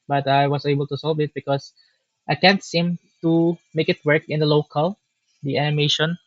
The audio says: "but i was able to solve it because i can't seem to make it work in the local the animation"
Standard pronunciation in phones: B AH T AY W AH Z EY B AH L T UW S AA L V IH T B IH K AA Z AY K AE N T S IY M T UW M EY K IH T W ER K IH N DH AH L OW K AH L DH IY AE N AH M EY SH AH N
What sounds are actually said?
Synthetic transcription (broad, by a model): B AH T AY W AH S EY B AH L T UW S AA L V IH T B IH K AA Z AY K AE N T S IY M T UW M EY K IH T W ER K IH N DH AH L OW K AH L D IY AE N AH M EY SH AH N